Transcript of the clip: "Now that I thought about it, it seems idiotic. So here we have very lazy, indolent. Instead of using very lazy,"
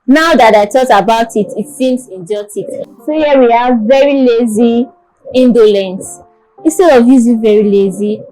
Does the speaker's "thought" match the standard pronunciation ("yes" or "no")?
no